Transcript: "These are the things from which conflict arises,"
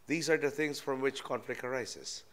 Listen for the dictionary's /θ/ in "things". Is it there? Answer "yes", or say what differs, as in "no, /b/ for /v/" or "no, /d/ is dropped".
no, /t/ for /θ/